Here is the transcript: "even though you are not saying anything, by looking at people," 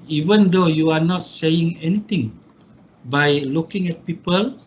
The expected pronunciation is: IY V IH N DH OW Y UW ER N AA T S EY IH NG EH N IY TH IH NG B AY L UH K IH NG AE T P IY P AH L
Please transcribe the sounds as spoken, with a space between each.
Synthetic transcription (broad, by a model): IY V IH N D OW Y UW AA N AA T S EY IH NG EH N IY T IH NG B AY L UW K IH NG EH T P IY P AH L